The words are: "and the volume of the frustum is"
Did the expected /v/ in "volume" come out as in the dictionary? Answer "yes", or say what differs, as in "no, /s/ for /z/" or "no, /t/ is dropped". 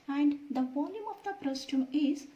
no, /p/ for /v/